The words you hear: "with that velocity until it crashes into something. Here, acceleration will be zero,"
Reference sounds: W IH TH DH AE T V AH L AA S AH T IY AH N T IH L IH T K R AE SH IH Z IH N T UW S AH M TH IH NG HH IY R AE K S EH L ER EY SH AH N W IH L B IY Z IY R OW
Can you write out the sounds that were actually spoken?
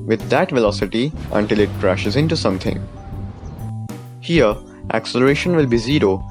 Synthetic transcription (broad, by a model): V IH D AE T V AH L AA S AH T IY AH N T IH L IH T K R AE SH IH Z IH N T UW S AH M T IH NG HH IY R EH K S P L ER EY SH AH N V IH L B IY Z IY R OW